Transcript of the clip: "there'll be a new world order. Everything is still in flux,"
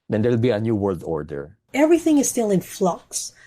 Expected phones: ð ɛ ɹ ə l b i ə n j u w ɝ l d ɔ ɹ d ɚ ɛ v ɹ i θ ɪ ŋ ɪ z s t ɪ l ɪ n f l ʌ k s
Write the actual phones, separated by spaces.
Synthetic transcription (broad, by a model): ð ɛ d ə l b i ə n j u w ɝ l d ɔ ɹ d ɚ ɛ v ɹ i θ ɪ ŋ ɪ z s t ɪ l ɪ n f l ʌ k s